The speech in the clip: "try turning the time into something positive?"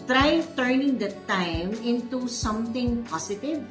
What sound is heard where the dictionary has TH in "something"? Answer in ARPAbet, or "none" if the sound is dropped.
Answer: T